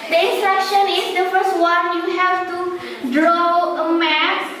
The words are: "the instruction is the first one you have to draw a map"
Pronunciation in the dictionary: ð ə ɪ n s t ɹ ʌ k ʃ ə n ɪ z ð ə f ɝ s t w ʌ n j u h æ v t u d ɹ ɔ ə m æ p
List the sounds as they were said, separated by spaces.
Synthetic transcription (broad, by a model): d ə ɪ n s t ɹ ʌ k ʃ ə n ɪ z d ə f ɝ s t w ʌ n j u h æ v t u d ɹ ɔ ə m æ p